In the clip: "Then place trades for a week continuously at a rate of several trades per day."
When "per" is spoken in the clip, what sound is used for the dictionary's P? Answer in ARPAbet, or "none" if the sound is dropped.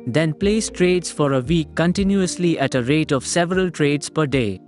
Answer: P